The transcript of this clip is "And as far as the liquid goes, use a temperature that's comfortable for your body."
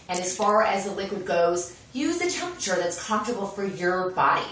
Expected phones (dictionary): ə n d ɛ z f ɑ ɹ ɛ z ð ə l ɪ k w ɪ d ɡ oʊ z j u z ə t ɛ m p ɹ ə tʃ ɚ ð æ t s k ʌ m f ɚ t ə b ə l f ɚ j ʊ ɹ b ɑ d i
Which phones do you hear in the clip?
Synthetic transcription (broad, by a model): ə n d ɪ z f ɑ ɹ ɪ z ð ə l ɪ k w ɪ d ɡ oʊ z j u z ə t ɛ m p ɹ ə tʃ ɚ ð æ t s k ʌ m f t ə b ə l f ɚ j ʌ ɹ b ɑ d i